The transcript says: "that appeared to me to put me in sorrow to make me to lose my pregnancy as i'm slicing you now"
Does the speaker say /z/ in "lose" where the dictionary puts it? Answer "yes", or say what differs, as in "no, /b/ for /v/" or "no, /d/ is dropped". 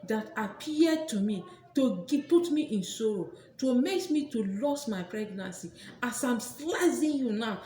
no, /s/ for /z/